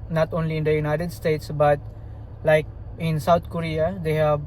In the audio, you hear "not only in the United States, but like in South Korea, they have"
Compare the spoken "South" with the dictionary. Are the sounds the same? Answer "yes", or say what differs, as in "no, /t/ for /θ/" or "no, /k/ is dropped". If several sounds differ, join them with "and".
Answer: no, /t/ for /θ/